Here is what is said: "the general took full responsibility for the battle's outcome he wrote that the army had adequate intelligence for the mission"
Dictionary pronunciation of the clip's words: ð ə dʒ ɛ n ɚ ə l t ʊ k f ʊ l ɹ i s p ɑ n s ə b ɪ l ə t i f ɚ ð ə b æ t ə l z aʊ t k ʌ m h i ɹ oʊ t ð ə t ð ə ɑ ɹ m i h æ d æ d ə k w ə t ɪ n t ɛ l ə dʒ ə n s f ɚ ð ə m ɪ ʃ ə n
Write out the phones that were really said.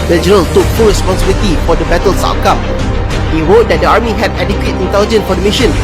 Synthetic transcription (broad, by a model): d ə dʒ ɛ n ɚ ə l t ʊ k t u ɹ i s p ɑ n s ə b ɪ l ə t i f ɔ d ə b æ t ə l s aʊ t k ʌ m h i ɹ oʊ t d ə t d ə ɑ ɹ m i h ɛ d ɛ d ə k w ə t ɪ n t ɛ l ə dʒ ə n f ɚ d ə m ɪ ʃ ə n